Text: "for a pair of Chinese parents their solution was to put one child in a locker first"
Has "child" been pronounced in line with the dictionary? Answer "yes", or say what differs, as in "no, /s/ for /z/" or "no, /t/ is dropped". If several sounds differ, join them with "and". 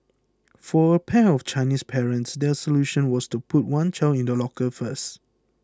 no, /d/ is dropped